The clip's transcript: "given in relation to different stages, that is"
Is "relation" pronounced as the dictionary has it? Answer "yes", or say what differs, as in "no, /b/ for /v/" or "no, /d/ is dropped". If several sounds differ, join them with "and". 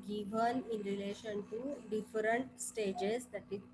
yes